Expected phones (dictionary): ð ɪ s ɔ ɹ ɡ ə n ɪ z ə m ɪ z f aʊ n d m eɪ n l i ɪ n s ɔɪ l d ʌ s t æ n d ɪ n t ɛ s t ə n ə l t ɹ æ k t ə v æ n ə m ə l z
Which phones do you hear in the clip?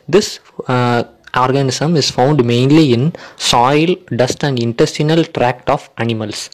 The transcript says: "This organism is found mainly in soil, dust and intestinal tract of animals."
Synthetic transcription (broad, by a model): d ɪ s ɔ ɹ ɡ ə n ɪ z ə m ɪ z f aʊ n d m eɪ n l i ɪ n s ɔɪ l d ʌ s t æ n d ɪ n t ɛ s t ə n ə l t ɹ æ k t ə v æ n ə m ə l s